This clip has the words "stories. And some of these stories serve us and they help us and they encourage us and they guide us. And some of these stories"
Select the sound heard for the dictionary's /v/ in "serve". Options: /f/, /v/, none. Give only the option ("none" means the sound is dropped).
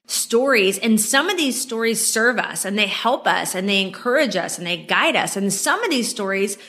/v/